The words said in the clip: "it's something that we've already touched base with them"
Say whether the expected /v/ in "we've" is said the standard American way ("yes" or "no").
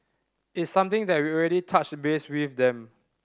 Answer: no